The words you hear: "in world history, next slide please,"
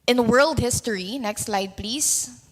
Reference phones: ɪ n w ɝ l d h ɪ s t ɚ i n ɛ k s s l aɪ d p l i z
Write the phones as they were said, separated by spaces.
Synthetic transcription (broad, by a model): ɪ n w ɝ l d h ɪ s t ɚ i n ɛ k s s l aɪ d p l i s